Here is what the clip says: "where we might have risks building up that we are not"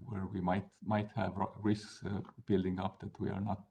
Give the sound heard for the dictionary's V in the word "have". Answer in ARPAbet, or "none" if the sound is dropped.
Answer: V